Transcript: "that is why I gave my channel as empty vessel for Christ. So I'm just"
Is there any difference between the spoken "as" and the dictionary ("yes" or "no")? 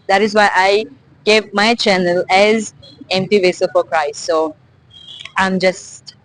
no